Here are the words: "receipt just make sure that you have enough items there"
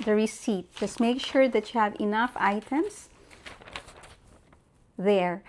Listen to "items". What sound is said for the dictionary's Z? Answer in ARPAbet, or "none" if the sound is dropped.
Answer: S